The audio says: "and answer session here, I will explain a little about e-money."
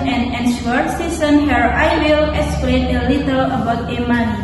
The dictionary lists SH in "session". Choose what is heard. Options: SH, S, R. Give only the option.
S